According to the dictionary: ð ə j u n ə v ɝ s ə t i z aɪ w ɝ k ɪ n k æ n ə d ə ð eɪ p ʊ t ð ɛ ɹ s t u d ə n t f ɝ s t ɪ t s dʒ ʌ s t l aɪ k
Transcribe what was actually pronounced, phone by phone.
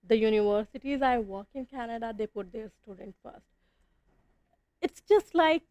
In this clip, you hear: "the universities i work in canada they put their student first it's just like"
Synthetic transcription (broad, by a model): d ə j u n ə v ɝ s ə t i z aɪ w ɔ k ɪ n k æ n ə d ə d eɪ p ʊ t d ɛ ɹ s t u d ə n t f ɝ s t ɪ t s dʒ ʌ s t l aɪ k